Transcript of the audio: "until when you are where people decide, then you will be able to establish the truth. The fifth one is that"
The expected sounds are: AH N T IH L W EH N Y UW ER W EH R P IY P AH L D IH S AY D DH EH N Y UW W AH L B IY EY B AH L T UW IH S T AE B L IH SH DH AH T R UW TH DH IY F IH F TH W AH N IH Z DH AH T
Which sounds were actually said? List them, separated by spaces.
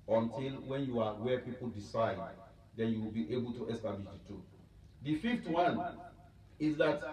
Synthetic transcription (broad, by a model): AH N T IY L W EH N Y UW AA W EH P IY P AH L D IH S AY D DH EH N Y UW W AH L B IY EY B AH L T UW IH S T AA B L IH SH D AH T UW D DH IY F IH F T W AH N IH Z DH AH T